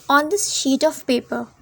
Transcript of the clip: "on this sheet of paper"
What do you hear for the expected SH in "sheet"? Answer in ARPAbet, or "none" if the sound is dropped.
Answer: SH